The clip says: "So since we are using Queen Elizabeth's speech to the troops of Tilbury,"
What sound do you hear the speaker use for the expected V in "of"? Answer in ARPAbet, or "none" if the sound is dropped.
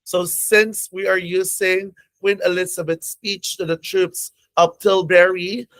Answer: P